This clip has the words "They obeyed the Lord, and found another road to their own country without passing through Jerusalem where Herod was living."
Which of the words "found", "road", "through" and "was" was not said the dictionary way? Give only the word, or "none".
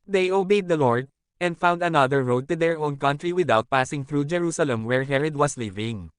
was